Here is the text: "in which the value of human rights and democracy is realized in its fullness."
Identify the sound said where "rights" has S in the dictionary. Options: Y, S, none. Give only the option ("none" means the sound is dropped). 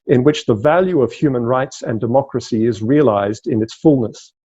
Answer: S